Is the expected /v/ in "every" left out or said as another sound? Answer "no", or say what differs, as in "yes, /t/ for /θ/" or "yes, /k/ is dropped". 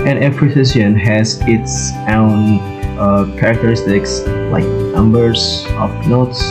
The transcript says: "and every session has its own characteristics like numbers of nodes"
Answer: yes, /p/ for /v/